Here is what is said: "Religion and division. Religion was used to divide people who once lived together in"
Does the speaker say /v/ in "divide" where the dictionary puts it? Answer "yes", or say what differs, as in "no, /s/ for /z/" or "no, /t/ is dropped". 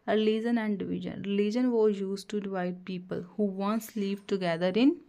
yes